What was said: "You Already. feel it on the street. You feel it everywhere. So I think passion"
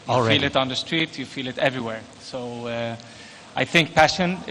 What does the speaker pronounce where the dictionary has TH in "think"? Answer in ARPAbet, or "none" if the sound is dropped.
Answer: TH